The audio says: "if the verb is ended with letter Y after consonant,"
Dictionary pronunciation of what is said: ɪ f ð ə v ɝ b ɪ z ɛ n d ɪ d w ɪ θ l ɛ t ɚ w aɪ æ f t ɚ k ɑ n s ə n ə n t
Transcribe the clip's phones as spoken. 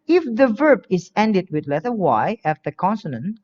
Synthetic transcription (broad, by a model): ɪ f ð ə v ɝ b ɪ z ɛ n d ɪ d w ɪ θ l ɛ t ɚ w aɪ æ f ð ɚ k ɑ n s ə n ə n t